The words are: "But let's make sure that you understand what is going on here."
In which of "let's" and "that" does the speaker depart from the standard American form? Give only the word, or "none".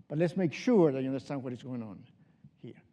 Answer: none